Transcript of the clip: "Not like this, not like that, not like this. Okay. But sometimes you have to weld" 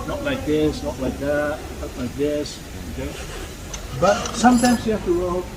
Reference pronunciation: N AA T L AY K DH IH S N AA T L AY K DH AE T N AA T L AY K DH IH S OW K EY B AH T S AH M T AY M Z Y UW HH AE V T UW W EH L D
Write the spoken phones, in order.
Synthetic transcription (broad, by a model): N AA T L AY K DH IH S N AA T L AY K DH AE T N AA T L AY K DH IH S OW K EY B AH T S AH M T AY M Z Y UW HH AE F T UW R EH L